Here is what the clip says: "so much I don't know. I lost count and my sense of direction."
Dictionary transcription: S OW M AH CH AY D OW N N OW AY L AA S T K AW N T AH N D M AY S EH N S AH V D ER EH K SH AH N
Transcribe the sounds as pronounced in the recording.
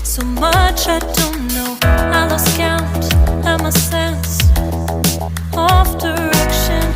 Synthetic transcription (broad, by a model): S OW M AH CH AY D OW N N OW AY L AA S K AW T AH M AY S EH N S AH F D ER EH K SH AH N